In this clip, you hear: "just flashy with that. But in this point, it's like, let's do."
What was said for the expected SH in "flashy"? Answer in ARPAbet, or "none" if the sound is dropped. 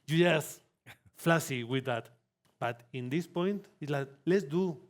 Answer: S